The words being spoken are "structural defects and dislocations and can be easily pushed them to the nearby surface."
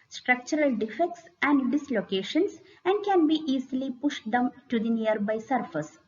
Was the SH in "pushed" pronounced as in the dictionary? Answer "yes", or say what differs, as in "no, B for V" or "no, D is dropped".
yes